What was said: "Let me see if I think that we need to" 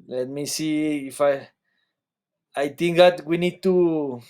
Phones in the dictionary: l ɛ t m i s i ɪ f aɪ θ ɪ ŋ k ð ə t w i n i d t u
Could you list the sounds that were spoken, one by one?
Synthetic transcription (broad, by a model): l ɛ t m i s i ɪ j aɪ t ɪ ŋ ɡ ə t w i n i d t u